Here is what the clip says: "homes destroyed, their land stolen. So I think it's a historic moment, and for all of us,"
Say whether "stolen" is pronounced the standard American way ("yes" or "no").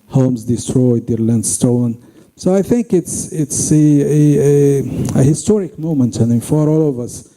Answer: no